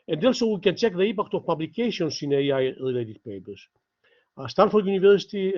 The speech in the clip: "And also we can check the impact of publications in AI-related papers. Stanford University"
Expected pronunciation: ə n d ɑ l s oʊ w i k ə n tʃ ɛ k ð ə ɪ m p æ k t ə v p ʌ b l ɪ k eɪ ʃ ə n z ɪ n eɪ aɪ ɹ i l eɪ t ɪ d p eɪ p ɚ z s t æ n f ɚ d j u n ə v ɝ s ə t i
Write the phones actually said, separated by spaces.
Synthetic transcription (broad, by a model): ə n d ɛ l s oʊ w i k ə n tʃ ɛ k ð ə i p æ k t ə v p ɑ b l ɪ k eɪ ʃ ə n s ɪ n eɪ aɪ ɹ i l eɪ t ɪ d p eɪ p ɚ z s t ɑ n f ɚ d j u n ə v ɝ s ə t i